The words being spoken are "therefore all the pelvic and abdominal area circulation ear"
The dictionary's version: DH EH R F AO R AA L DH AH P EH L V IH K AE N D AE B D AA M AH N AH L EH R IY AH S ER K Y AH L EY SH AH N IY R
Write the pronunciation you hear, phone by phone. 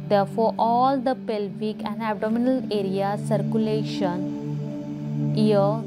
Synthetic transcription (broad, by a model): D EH R F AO R AA L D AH P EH L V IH K AE N D AE B D AA M AH N AH L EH R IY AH S ER K Y AH L EY SH AH N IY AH